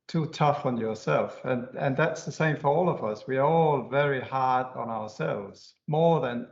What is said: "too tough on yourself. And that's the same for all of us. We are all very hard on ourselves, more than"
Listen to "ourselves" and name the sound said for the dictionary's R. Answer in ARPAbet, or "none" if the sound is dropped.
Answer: R